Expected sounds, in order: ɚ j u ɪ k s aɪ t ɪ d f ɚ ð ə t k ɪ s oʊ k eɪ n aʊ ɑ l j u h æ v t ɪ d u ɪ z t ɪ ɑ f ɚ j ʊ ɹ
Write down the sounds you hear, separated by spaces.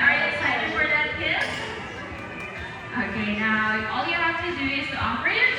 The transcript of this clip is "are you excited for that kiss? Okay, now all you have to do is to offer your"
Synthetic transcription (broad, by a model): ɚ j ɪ ɪ k s aɪ t ɪ d f ɚ ð ə t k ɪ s oʊ k eɪ n aʊ ɑ l j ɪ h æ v t ɪ d u ɪ z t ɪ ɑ p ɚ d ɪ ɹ